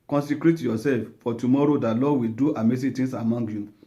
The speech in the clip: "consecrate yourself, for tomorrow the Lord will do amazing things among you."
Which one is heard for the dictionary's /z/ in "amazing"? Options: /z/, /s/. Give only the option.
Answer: /s/